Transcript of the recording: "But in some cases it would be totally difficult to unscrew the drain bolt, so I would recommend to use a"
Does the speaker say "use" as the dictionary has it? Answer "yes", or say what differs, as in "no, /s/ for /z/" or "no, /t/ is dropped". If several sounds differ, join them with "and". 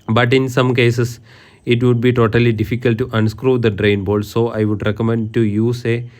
yes